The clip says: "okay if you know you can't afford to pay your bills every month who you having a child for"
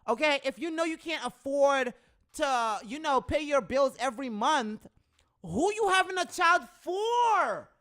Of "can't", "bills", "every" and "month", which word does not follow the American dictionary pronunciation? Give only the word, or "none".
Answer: none